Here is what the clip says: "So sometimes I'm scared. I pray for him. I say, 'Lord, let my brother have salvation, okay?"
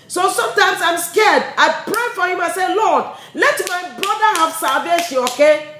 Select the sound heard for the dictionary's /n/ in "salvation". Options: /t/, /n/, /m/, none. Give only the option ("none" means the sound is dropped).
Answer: none